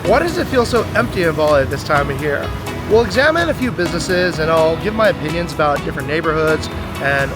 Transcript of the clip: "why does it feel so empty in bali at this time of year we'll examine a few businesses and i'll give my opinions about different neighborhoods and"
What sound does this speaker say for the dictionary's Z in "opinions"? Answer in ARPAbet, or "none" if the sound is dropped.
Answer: Z